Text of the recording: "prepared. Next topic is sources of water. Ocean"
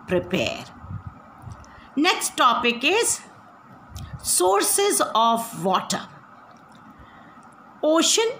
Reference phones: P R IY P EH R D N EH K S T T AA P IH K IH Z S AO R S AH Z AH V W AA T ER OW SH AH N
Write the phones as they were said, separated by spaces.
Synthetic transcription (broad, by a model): P R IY P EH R D N EH K S T T AA P IH K IH Z S AO R S AH Z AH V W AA T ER OW SH AH N